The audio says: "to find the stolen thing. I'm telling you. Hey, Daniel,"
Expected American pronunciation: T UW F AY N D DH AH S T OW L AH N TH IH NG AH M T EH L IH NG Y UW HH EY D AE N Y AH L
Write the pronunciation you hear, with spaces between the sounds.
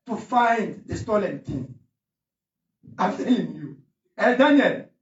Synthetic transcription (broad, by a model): T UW F AY N D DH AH S T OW L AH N T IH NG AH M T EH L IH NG Y UW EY D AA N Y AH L